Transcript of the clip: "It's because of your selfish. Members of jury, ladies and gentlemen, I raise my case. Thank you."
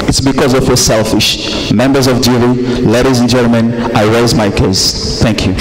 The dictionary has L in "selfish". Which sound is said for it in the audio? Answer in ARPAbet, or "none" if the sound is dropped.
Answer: L